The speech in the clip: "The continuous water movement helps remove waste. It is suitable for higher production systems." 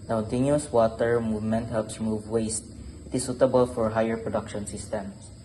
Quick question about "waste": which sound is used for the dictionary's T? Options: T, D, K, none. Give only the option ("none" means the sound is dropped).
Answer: T